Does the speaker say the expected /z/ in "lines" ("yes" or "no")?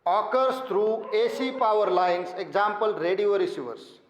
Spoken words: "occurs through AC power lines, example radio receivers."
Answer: no